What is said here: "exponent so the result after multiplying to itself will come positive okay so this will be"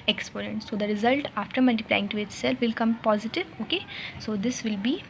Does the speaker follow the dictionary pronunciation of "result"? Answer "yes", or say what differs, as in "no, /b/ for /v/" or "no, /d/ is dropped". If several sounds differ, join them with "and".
yes